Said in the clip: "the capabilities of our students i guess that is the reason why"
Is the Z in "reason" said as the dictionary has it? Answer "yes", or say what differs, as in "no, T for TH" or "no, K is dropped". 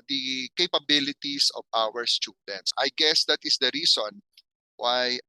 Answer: no, S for Z